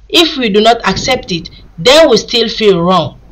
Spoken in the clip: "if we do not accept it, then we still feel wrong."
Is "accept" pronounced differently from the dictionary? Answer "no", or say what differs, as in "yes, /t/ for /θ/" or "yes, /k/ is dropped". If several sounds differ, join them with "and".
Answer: no